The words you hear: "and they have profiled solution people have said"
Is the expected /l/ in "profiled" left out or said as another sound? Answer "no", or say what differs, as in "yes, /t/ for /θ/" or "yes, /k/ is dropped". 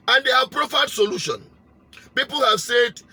yes, /l/ is dropped